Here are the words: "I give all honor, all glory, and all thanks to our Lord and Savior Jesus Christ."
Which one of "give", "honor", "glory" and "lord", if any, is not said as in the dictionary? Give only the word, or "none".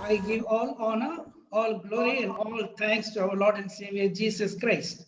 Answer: none